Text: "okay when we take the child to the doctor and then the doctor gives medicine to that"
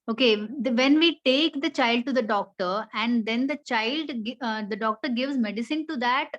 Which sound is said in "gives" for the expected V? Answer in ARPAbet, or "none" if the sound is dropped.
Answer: V